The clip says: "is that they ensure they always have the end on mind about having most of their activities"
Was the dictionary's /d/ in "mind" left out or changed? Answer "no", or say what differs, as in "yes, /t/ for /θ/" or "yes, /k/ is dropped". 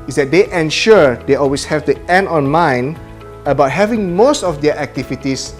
yes, /d/ is dropped